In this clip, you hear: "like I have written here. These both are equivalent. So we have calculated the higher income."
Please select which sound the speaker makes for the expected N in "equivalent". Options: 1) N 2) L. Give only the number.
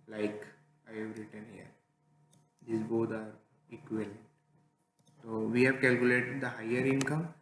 2